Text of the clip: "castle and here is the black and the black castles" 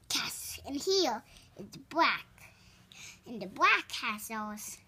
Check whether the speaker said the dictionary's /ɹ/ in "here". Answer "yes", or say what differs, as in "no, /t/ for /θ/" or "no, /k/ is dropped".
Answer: no, /l/ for /ɹ/